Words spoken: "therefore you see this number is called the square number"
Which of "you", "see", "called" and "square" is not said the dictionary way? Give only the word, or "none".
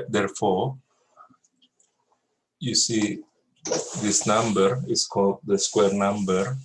none